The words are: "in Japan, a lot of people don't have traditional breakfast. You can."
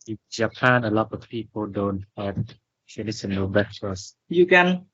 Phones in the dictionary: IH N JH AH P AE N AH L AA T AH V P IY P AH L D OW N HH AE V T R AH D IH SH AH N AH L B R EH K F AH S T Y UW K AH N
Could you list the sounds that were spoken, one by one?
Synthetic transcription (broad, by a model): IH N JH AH P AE N AH L AA T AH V P IY P AH L D OW N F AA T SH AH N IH S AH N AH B EH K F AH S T Y UW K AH N